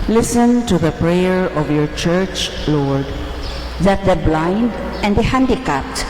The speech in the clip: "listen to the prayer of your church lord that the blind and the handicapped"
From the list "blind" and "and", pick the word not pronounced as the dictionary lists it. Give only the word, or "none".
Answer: none